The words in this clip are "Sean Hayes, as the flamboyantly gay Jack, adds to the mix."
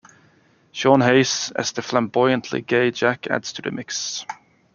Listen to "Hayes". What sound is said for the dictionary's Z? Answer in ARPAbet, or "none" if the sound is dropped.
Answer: S